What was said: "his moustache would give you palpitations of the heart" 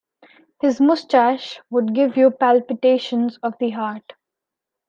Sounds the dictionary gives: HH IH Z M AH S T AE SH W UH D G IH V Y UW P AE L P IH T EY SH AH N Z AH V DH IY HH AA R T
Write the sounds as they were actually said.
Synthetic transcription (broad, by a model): HH IH Z M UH S T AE SH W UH D G IH V Y UW P AE L P IH T EY SH AH N Z AH V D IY HH AA R T